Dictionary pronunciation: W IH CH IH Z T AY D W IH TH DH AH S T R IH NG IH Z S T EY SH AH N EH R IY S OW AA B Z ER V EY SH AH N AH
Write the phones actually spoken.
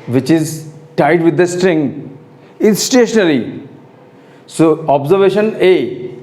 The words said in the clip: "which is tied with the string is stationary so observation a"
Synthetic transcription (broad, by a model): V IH CH IH Z T AY D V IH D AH S T R IH NG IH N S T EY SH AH N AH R IY S OW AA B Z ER V EY SH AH N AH